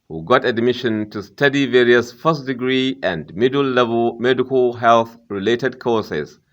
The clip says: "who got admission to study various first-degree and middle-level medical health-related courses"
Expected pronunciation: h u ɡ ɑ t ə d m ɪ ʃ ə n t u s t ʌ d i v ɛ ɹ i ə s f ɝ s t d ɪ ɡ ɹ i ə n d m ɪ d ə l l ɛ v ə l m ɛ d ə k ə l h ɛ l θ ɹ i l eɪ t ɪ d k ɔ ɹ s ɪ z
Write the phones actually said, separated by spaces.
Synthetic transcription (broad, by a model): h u ɡ ɑ t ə d m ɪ ʃ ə n t u s t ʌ d i v ɛ ɹ i ə s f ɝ s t d ɪ ɡ ɹ i ə n d m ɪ d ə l l ɛ v ə l m ɛ d ə k ə l h ɛ l θ ɹ i l eɪ t ɪ d k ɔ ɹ s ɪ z